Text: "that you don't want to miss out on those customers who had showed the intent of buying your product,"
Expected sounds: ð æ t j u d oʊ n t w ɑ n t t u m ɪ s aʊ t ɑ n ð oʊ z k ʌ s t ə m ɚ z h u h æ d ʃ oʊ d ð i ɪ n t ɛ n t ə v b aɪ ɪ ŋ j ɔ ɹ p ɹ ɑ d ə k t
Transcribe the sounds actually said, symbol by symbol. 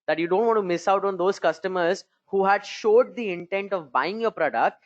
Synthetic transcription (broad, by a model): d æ t j u d oʊ n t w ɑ n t t u m ɪ s aʊ t ɑ n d oʊ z k ʌ s t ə m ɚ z h u h æ d ʃ oʊ d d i ɪ n t ɛ n t ə v b aɪ ɪ ŋ j ɔ ɹ p ɹ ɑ d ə k t